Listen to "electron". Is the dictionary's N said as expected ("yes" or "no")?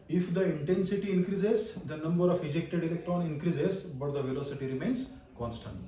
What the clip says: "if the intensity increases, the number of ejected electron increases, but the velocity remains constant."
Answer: yes